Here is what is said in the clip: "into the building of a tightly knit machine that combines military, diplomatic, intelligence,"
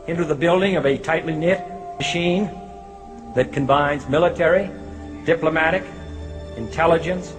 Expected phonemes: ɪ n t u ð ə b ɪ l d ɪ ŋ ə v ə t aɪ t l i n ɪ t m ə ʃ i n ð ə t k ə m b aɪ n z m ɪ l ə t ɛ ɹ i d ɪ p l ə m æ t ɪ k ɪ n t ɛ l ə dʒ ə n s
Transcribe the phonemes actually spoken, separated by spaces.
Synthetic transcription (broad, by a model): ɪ n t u ð ə b ɪ l d ɪ ŋ ə v ə t aɪ t l i n ɪ t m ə ʃ i n ð ə t k ə m b aɪ n z m ɪ l ə t ɛ ɹ i d ɪ p l ə m æ t ɪ k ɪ n t ɛ l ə dʒ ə n s